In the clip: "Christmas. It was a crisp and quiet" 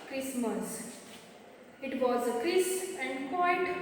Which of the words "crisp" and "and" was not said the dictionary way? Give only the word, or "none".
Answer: crisp